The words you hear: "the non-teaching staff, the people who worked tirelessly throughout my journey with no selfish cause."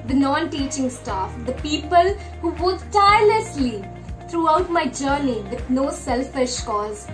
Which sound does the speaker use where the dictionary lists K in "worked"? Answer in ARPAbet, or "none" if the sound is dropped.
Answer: none